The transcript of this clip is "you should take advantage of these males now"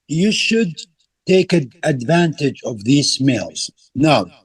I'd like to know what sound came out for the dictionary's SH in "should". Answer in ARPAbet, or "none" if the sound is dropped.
SH